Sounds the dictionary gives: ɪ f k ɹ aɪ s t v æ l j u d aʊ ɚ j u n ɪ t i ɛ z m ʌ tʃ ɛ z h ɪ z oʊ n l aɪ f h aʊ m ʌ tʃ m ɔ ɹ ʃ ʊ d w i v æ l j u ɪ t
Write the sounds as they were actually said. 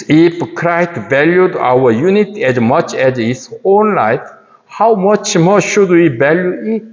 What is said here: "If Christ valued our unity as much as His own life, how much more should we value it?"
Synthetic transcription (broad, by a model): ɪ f k ɹ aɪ t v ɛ l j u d aʊ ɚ j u n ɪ t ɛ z m ʌ tʃ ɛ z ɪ s oʊ n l aɪ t h aʊ m ʌ tʃ m ɔ ʃ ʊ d w i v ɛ l j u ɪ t